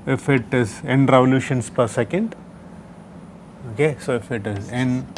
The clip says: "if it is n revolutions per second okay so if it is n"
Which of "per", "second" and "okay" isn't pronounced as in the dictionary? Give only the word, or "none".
none